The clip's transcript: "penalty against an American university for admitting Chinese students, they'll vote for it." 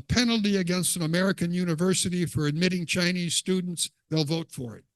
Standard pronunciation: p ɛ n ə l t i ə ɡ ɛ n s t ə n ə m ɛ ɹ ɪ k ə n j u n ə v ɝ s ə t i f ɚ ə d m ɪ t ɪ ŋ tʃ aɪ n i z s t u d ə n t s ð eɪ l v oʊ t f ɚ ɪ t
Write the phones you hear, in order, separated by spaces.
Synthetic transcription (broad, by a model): p ɛ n l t i ə ɡ ɛ n s t ə n ə m ɛ ɹ ɪ k ə n j u n ə v ɝ s ə t i f ɚ ə d m ɪ t ɪ ŋ tʃ aɪ n i z s t u d n t s ð eɪ l v oʊ t f ɚ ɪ t